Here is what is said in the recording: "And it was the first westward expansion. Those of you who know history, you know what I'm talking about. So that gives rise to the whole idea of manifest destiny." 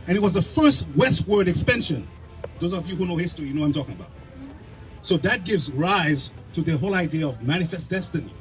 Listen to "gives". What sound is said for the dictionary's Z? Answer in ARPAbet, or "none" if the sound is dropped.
Z